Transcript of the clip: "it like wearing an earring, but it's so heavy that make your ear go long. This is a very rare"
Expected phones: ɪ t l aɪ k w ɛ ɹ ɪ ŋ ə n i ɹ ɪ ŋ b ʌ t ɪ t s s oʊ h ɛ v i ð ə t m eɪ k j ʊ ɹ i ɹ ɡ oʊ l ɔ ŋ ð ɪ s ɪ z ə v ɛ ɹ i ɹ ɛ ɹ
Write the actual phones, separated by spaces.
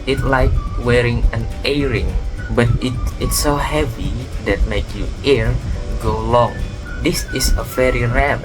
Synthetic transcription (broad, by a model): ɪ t l aɪ k w ɛ ɹ ɪ ŋ ə n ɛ ɹ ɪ ŋ b ʌ t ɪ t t s oʊ h ɛ v i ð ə t m eɪ k j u i ɹ ɡ oʊ l ɔ ŋ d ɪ s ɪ s ə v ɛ ɹ i ɹ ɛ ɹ